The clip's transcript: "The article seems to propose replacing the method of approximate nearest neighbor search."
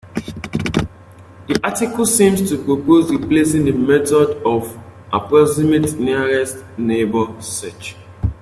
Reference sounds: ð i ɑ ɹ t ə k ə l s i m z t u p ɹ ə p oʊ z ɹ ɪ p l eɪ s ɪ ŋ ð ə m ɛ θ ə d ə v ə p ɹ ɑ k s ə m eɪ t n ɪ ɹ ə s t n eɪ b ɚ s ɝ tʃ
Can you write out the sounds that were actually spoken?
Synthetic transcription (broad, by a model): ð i ɑ t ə k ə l s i m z t u p ɹ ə p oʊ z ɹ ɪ p l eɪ s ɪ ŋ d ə m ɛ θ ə d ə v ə p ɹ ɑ s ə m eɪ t n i ɹ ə s t n eɪ b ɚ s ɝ tʃ